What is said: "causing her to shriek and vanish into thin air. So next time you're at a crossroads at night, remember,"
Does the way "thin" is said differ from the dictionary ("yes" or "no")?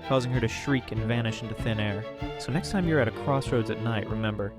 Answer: no